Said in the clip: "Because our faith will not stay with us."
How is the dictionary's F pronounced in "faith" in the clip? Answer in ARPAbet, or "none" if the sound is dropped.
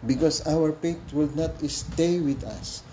P